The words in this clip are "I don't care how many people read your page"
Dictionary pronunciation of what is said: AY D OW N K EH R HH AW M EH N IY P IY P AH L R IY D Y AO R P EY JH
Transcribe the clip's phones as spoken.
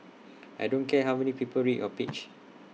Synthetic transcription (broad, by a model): AY D OW N K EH HH AW M EH N IY P IY P AH L R IY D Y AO P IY CH